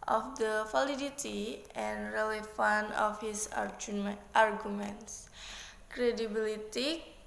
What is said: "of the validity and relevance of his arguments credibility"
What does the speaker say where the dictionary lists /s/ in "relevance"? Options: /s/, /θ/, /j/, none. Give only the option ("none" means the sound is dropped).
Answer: none